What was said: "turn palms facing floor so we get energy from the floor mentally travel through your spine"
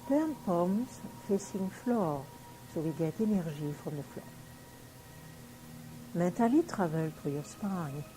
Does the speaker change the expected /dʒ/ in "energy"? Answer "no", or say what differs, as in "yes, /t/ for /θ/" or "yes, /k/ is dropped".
yes, /ʒ/ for /dʒ/